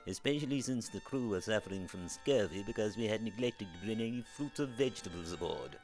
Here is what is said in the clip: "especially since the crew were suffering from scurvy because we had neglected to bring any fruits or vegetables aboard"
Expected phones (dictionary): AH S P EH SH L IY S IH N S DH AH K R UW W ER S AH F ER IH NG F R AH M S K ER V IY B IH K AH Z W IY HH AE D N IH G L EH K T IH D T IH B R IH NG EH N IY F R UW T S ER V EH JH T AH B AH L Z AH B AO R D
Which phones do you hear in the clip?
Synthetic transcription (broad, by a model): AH S P EH SH L IY S IH N S DH AH K R UW W ER S AH F ER IH NG F R AH M S K ER V IY B IH K AH Z W IY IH D N IH G L EH K T IH D T IH B R IH NG EH N IY F R UW T S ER V EH JH T AH B AH L Z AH B AO R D